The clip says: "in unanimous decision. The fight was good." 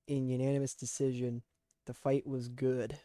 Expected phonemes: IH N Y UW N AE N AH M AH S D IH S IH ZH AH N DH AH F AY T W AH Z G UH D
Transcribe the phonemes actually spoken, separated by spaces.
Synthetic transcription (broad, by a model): IH N Y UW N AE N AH M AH S D IH S IH ZH AH N DH AH F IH T W AH Z G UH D